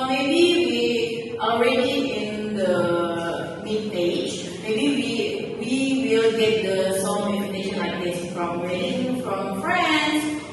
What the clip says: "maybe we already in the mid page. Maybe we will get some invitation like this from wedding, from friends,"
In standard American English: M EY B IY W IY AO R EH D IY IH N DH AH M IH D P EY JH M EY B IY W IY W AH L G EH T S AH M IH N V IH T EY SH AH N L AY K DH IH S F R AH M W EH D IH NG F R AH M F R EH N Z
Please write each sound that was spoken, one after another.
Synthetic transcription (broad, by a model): M EY B IY W IY AO R EH D IY IH N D AH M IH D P EY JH M EY B IY W IY W AH L G EH T S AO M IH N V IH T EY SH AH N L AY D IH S F R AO M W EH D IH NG F R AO M F R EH N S